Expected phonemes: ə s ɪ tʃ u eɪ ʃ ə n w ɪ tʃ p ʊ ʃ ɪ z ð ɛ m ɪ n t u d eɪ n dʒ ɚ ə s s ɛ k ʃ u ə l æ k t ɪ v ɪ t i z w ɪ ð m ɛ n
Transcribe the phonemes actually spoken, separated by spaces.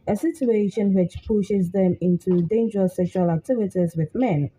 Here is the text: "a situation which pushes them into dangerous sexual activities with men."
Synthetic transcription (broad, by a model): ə s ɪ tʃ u eɪ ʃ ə n w ɪ tʃ p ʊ ʃ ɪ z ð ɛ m ɪ n t u d eɪ n dʒ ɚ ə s s ɛ k ʃ u ə l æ k t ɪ v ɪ t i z w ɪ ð m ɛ n